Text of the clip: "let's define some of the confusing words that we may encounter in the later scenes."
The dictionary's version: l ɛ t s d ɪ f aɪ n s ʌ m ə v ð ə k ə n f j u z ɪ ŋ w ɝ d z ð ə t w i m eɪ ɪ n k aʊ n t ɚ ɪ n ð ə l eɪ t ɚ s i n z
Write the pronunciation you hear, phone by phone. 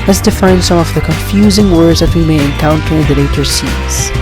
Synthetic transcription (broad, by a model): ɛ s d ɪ f aɪ n s ʌ m ə v ð ə k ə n f j u z ɪ ŋ w ɝ d z ð ə t w i m eɪ ɪ n k aʊ n t ɚ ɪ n ð ə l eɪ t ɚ s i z